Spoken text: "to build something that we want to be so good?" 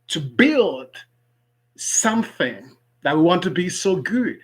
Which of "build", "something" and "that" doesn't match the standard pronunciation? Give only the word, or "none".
none